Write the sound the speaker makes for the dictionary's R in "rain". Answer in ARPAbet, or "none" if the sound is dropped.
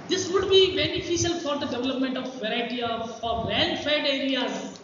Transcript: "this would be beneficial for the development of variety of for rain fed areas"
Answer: L